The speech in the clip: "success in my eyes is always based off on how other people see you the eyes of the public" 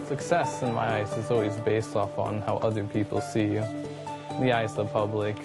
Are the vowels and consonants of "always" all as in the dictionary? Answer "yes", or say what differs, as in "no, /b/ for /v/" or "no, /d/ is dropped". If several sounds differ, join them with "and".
yes